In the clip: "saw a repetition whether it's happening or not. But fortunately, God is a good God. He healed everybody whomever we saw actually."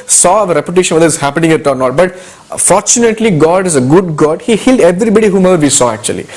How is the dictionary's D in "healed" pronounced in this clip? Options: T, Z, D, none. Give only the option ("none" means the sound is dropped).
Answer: D